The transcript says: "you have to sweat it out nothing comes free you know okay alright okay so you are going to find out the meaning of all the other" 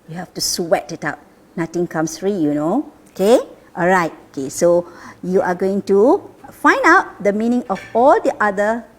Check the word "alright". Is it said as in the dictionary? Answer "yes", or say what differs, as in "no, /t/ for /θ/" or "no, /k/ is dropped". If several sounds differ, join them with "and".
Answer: yes